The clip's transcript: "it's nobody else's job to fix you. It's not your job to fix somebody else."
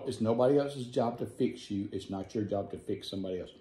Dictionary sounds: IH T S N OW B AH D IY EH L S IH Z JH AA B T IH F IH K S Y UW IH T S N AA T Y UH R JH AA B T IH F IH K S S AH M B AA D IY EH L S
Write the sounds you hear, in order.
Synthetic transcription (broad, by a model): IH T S N OW B AH D IY EH L S IH Z JH AA B T IH F IH K S Y UW IH T S N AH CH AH R JH AA B T IH F IH K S S AH M B AA D IY EH L S